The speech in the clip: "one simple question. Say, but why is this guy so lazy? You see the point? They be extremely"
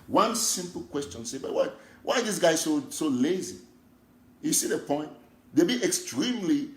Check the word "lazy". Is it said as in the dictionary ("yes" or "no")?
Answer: yes